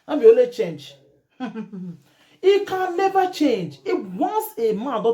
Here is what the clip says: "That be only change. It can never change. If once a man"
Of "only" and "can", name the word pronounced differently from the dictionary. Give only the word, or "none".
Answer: only